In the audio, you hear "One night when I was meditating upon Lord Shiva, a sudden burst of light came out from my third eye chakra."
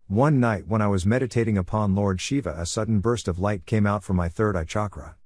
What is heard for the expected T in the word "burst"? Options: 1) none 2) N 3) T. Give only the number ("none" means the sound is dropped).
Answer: 3